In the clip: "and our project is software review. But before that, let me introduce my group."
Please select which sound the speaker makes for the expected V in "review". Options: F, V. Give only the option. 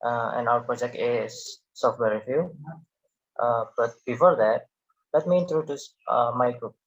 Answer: F